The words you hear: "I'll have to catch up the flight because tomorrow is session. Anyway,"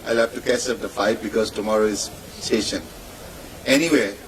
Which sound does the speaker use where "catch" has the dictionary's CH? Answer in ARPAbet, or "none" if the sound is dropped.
S